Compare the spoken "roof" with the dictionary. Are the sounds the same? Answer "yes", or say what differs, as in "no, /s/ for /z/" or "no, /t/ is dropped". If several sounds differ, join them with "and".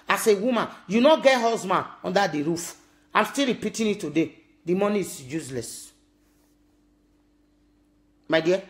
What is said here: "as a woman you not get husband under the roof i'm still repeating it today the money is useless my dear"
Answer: yes